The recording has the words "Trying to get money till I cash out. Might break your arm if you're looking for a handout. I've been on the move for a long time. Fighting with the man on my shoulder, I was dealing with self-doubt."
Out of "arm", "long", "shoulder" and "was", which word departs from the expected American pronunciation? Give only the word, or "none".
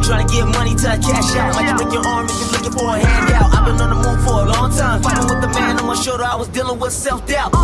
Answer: shoulder